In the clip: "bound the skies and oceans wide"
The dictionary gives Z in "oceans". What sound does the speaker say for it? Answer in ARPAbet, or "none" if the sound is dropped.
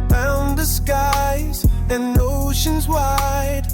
Z